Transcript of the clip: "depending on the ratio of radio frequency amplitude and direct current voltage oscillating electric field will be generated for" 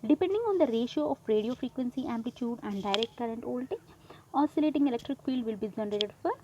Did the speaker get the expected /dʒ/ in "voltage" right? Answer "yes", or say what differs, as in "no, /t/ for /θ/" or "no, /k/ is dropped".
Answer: no, /dʒ/ is dropped